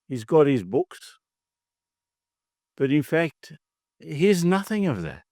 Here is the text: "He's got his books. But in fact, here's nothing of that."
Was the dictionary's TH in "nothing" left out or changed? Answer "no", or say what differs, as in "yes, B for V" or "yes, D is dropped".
no